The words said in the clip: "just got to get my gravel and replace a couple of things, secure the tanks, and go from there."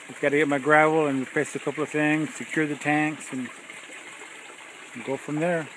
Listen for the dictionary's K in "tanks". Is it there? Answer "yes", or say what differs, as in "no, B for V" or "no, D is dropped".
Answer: yes